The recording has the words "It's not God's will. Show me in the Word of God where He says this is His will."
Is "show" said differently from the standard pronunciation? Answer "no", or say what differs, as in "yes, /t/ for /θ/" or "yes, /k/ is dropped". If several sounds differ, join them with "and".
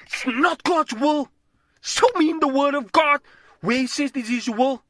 yes, /s/ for /ʃ/